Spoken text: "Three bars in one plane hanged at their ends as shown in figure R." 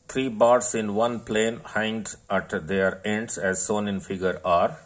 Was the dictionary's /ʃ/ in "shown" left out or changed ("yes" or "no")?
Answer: yes